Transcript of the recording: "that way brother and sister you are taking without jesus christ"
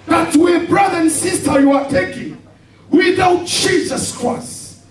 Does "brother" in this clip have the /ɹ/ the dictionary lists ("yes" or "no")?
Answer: yes